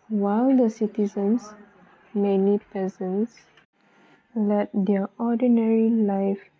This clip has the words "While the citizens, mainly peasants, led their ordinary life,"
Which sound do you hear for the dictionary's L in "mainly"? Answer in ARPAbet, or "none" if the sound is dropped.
none